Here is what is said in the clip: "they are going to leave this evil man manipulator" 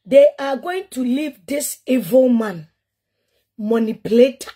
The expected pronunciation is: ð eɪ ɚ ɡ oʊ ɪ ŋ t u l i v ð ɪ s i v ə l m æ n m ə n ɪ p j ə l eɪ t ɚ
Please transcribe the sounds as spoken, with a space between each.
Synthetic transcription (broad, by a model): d eɪ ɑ ɡ oʊ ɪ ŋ t u l i v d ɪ s i v ə l m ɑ n m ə n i p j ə l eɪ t